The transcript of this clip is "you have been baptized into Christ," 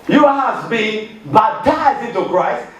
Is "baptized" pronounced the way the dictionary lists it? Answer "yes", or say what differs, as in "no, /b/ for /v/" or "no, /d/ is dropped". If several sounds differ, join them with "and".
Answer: no, /p/ is dropped and /d/ is dropped